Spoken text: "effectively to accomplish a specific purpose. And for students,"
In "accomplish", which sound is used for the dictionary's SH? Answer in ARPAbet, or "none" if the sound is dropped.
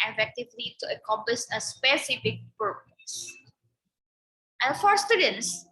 S